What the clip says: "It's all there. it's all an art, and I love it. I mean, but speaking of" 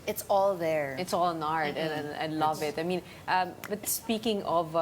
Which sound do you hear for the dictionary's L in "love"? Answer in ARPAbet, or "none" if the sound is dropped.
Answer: L